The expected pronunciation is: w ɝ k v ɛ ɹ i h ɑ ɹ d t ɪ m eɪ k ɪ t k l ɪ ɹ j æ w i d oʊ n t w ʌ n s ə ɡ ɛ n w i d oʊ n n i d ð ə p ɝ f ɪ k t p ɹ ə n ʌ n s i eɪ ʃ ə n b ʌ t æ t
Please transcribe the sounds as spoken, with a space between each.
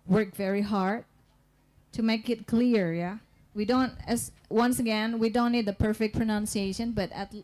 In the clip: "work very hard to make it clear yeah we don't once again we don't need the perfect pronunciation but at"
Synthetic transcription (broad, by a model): w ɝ k v ɛ ɹ i h ɑ ɹ d t ɪ m eɪ k ɪ t k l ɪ ɹ j æ w i d oʊ n t w ʌ n s ə ɡ ɛ n w i d oʊ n n i d ð ə p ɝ f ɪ k p ɹ ə n ʌ n s i eɪ ʃ ə n b ʌ t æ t